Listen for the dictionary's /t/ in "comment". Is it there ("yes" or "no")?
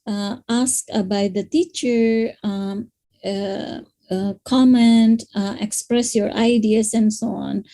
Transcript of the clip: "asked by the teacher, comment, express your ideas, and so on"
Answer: yes